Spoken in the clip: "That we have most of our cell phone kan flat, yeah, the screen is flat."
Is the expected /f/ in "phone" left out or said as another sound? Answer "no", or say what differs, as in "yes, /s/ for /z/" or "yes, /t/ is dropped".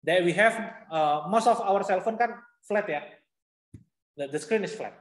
no